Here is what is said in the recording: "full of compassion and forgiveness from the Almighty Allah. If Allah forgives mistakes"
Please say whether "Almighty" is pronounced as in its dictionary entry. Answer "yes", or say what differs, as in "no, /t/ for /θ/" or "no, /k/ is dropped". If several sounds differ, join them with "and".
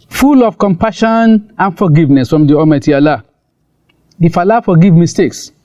no, /l/ is dropped